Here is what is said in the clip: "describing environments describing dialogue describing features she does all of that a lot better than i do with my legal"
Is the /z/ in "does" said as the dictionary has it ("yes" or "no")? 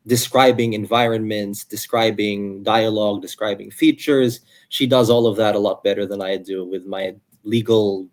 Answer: yes